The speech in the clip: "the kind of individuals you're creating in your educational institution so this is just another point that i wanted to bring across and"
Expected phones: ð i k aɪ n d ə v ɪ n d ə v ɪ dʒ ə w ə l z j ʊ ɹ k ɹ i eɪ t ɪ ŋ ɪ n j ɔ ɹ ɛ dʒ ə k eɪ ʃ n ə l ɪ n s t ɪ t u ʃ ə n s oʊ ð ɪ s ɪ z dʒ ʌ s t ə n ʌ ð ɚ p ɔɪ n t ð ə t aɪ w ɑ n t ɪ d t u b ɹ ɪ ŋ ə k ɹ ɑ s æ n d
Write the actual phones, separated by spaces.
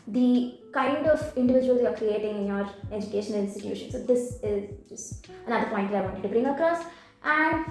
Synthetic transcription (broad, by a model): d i k aɪ n d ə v ɪ n d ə v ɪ dʒ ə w ə l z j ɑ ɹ k ɹ i eɪ t ɪ ŋ ɪ n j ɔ ɹ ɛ dʒ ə k eɪ ʃ ə n ɪ n s t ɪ t u ʃ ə n s oʊ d ɪ s ɪ z dʒ ʌ s t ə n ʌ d ɚ p ɔɪ n t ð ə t aɪ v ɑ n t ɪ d t u b ɹ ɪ ŋ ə k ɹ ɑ s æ n d